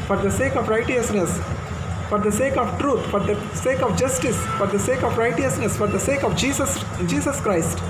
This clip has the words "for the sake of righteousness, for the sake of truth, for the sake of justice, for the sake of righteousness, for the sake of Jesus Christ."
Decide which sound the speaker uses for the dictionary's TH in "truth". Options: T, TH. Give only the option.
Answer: T